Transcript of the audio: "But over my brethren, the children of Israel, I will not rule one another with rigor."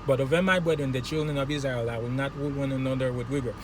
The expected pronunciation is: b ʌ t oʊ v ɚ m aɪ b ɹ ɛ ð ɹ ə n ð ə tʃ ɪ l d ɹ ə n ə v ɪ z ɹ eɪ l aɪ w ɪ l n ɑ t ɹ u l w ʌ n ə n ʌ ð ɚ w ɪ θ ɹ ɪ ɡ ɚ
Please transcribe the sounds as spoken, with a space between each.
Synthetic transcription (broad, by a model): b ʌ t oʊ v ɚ m aɪ b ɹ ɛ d ɹ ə n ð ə tʃ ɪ l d ɹ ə n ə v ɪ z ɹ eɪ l aɪ w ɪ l n ɑ t w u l w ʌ n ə n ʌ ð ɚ w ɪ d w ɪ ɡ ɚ